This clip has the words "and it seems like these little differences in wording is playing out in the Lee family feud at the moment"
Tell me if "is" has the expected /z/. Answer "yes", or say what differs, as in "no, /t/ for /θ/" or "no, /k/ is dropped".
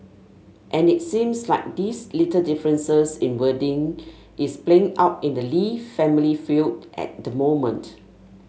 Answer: no, /s/ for /z/